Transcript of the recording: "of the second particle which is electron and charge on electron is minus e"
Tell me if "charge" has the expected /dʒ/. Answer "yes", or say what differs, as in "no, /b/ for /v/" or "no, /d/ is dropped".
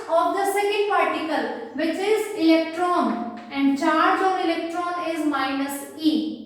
yes